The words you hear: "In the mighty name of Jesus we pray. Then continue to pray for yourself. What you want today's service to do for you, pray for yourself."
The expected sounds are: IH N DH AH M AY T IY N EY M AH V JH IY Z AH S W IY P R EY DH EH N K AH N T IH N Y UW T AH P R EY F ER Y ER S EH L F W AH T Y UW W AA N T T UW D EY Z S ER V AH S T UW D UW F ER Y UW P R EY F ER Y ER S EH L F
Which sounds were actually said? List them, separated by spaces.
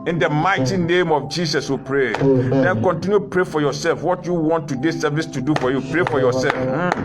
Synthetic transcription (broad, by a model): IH N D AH M AY T IY N EY M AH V JH IY S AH S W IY P R EY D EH N K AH N T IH N Y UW P R EY F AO Y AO S EH L F W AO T Y UW W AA N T T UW D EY S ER V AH S T UW D UW F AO Y UW P R EY F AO Y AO S EH L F